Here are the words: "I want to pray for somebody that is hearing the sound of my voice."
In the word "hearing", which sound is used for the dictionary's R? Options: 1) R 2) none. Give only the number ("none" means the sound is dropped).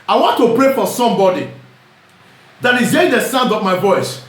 2